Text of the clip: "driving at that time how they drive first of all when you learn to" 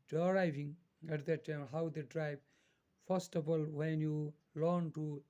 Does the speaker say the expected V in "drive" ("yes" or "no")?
no